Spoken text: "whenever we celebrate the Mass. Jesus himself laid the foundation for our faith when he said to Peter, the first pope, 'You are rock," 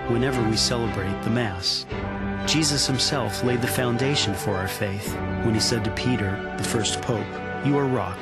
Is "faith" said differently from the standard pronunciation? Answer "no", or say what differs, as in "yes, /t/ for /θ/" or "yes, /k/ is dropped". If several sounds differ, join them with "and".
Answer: no